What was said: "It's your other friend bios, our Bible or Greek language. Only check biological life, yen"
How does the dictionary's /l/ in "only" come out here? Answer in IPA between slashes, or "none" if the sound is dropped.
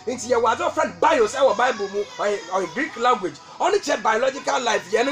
none